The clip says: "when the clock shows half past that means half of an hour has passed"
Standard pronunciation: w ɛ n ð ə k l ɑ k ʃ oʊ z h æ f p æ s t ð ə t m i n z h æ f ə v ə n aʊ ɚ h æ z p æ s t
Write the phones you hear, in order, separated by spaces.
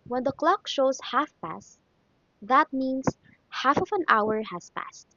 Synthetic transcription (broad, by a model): w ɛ n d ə k l ɑ k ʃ oʊ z h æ f p æ s t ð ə t m i n s h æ f ə v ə n aʊ ɚ h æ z p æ s t